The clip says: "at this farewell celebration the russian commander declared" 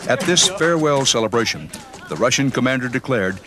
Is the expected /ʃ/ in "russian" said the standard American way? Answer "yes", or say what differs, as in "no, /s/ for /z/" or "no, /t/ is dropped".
yes